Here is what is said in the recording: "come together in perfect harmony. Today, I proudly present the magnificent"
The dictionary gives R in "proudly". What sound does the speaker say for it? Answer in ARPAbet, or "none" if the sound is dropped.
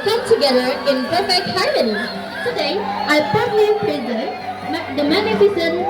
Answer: none